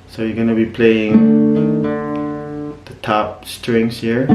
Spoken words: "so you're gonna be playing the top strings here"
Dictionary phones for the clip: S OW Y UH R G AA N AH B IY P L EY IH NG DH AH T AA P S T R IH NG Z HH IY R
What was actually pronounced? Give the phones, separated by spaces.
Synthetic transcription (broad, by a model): S OW Y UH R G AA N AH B IY P L EY IH NG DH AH T AA P S T R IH NG S HH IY R